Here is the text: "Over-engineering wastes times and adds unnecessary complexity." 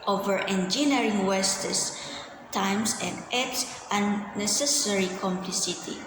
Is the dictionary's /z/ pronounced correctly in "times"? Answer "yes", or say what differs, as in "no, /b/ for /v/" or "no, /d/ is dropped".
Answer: no, /s/ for /z/